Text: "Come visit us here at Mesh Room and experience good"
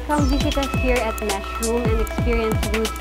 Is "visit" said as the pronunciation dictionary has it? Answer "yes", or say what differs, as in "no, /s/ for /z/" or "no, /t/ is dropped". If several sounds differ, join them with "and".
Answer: no, /s/ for /z/